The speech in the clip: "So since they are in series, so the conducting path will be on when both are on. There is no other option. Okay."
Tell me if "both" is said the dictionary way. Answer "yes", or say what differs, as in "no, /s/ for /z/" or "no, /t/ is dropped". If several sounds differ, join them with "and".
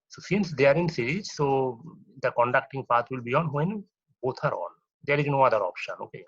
no, /t/ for /θ/